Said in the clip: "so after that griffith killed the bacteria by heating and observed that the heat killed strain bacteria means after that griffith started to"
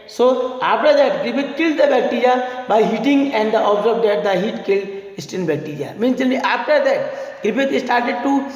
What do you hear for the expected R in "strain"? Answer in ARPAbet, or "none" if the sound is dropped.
none